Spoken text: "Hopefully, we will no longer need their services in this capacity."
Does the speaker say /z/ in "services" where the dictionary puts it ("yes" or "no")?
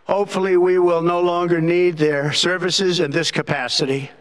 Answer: yes